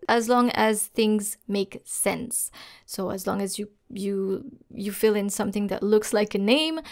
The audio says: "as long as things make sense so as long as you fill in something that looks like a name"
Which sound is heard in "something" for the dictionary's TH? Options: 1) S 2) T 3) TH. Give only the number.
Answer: 3